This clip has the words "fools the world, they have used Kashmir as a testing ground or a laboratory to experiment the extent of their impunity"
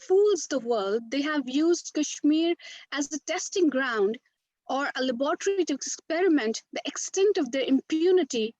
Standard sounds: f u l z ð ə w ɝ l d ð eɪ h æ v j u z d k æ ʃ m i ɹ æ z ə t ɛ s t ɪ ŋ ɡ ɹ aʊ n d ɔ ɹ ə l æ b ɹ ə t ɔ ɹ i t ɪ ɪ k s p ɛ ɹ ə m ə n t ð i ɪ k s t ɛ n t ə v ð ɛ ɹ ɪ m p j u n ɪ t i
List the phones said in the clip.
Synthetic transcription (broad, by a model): f u l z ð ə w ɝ l d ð eɪ h æ v j u z d k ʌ ʃ m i ɹ æ z ə t ɛ s t ɪ ŋ ɡ ɹ aʊ n d ɔ ɹ ə l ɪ b ə t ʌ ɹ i t ɪ ɪ k s p ɛ ɹ ə m ə n t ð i ɪ k s t ɛ n t ə v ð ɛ ɹ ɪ m p j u n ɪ t i